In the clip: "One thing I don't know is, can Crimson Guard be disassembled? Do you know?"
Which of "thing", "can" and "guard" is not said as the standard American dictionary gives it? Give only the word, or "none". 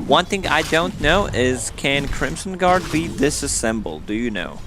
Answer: none